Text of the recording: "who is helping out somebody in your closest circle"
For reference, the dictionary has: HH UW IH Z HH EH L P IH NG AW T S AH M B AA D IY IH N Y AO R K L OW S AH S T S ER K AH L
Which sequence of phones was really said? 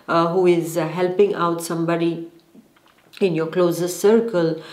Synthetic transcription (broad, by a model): HH UW IH Z HH EH L P IH NG AW T S AH M B AA D IY IH N Y AO R K L OW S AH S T S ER K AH L